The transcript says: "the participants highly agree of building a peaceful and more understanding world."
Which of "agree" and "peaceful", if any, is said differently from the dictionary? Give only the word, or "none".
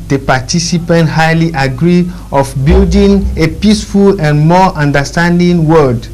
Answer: none